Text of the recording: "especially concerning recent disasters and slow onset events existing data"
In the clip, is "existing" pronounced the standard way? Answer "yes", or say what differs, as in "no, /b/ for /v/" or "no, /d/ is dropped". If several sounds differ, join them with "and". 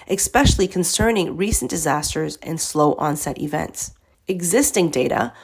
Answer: yes